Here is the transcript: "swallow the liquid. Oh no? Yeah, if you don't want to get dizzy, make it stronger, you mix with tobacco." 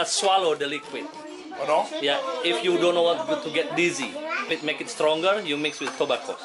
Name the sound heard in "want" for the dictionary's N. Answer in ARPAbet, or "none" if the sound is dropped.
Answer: none